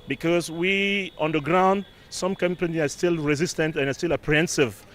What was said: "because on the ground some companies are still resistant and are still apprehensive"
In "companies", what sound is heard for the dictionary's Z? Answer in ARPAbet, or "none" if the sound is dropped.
none